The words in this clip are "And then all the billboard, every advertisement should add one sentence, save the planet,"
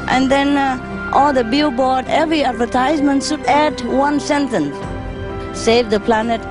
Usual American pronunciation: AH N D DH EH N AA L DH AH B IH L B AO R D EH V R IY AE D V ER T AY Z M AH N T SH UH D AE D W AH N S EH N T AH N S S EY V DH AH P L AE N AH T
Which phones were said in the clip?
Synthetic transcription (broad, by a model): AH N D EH N AA L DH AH B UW B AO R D EH V R IY AE D V ER T AY Z M AH N T SH UH D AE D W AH N S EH N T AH N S S EY V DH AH P L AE N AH T